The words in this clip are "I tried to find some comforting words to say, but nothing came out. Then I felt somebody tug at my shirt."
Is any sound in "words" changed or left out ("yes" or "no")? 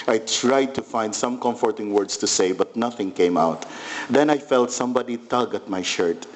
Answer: yes